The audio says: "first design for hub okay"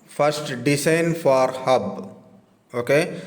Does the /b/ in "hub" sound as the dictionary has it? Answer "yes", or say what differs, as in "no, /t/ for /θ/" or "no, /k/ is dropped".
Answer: yes